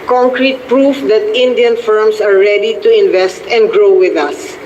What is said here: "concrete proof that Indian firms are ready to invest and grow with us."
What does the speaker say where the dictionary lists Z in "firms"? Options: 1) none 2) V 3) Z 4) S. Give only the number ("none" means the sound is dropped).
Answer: 4